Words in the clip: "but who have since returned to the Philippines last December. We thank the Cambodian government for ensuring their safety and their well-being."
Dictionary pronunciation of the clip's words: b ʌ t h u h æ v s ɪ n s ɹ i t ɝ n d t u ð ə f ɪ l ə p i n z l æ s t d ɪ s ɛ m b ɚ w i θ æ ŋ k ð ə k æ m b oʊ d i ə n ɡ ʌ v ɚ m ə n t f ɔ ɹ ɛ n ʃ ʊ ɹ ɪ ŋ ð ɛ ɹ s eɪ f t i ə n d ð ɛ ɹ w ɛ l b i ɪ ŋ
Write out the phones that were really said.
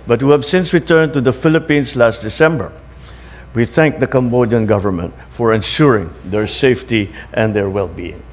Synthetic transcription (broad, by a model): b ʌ t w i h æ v s ɪ n s ɹ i t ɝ n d t u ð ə f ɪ l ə p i n s l æ s t d ɪ s ɛ m b ɚ w i θ æ ŋ k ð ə k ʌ m b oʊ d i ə n ɡ ʌ v ɚ m ə n t f ɔ ɹ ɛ n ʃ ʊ ɹ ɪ ŋ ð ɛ ɹ s eɪ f t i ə n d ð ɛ ɹ w ɛ l b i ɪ ŋ